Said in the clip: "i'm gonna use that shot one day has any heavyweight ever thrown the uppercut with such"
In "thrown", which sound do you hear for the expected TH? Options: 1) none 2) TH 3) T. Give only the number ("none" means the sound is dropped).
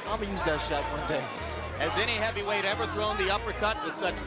2